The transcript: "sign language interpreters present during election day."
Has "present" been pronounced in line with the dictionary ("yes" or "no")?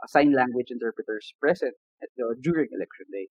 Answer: no